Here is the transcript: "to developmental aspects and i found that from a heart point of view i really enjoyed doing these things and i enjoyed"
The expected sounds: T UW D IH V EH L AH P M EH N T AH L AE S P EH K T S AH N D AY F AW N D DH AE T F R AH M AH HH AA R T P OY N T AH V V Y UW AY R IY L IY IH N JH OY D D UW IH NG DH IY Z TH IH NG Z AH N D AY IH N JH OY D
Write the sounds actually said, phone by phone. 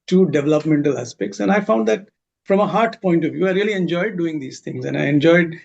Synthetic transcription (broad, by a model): T UW D IH V EH L AH P M EH N T AH L AE S P EH K T S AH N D AY F AW N D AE T F R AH M AH HH AA R T P OY N T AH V V Y UW AY R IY L IY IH N JH OY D D UW IH NG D IY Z T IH NG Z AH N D AY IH N JH OY D